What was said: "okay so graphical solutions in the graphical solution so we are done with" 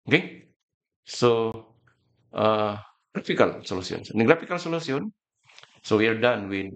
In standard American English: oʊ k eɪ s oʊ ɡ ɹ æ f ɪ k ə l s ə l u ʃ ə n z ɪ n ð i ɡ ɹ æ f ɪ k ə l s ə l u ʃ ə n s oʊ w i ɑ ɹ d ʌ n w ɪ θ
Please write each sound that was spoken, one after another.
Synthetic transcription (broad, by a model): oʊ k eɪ s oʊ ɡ ɹ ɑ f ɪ k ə l s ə l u s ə n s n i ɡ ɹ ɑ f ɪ k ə l s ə l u s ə n s oʊ w i ɑ ɹ d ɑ n w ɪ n